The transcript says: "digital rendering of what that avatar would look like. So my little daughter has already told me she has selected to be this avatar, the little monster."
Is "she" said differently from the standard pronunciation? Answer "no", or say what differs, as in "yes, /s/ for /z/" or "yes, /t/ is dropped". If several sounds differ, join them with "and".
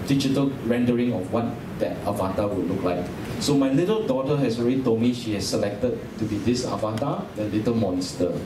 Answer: no